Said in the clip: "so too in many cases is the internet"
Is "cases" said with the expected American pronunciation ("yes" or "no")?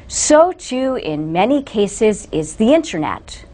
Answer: yes